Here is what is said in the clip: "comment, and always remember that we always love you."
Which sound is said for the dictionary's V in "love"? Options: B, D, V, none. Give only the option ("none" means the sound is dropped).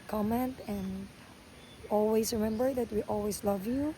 V